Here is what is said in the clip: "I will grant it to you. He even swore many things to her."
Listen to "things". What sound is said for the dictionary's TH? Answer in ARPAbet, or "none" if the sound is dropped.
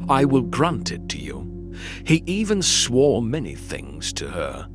TH